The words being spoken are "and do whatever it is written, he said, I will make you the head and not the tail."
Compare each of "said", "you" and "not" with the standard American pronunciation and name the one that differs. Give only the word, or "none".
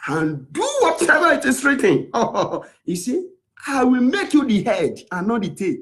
said